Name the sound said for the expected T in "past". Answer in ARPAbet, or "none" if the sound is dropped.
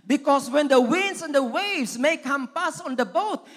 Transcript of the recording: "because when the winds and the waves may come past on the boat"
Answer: none